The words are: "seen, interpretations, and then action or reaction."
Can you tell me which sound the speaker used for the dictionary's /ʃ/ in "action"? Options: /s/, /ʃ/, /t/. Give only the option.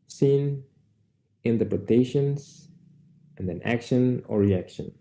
/ʃ/